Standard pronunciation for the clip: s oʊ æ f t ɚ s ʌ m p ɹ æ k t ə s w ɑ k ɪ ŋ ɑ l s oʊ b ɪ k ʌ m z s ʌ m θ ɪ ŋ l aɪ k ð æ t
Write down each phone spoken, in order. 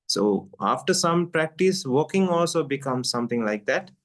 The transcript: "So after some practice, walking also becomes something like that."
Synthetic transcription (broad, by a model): s oʊ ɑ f t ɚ s ʌ m p ɹ æ k t ə s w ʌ k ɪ ŋ ɑ l s oʊ b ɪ k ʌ m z s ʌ m t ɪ ŋ l aɪ k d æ t